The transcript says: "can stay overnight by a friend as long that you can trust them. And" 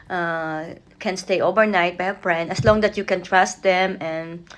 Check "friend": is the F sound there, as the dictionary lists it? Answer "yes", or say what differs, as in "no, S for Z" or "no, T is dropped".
no, P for F